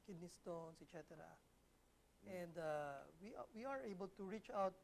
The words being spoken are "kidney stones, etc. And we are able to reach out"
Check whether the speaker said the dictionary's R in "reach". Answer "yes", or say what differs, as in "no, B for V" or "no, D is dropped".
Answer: yes